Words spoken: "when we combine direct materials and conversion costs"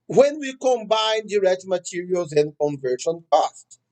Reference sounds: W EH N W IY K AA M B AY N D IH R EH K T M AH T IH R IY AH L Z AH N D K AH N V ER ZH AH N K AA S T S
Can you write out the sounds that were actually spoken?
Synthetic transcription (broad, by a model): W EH N W IY K AA M B AY N D IH R EH K T M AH T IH R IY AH L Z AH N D K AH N V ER SH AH N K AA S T